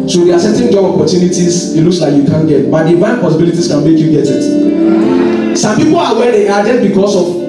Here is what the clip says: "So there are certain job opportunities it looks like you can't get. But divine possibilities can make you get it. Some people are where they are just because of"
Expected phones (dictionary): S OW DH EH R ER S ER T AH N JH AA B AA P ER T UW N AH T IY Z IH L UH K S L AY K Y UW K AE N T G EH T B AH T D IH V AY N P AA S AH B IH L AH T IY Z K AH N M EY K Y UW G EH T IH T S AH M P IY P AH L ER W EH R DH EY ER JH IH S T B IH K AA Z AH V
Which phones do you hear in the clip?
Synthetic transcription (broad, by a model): S OW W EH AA S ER T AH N JH AA B AA P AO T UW N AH T IY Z IH L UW K S L AY K Y UW K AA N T G EH T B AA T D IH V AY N P AA S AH B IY L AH T IY S K AH N M EY K Y UW G EH T IH T S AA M P IY P AH L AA W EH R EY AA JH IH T B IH K AA S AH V